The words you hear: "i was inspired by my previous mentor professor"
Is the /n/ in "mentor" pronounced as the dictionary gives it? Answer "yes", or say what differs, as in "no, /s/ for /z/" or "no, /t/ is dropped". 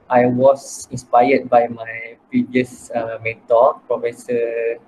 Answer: no, /n/ is dropped